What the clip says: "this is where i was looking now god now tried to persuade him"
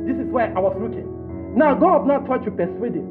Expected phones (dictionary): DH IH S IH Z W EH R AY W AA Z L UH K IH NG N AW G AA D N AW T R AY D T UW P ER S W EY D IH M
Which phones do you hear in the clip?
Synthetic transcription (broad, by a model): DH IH S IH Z W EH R AY W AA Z L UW K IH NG N AW G AA D N AW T AY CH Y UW P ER S W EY D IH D